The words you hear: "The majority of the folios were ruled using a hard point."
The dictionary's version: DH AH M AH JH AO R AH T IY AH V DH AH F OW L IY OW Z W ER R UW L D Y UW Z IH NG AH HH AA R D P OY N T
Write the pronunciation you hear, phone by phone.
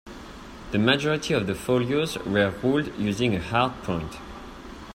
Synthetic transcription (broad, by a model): DH AH M AH JH AO R AH T IY AH V DH AH F OW L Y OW Z W ER R UW L D Y UW Z IH NG AH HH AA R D P OY N T